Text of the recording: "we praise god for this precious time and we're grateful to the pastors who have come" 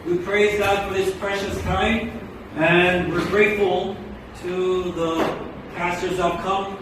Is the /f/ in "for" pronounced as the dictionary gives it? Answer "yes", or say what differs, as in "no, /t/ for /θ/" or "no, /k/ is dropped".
yes